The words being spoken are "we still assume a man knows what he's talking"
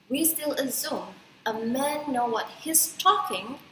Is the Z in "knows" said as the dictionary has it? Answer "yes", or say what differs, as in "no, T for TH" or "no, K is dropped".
no, Z is dropped